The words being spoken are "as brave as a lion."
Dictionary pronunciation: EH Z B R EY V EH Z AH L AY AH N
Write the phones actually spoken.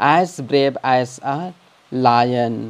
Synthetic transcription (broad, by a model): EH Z B R EY B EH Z AH L AY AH N